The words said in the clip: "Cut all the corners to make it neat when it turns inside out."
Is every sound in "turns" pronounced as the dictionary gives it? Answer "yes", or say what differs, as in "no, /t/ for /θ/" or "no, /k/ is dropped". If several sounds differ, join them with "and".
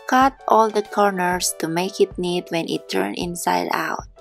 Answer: no, /z/ is dropped